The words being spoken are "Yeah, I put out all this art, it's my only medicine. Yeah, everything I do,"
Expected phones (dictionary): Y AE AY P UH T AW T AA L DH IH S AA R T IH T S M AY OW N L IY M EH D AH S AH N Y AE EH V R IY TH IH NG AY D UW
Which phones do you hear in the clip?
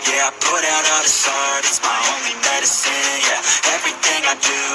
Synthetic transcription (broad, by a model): Y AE AY P UH T AW T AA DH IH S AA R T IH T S M AY OW N L IY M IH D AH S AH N Y AE EH V R IY TH IH NG AY D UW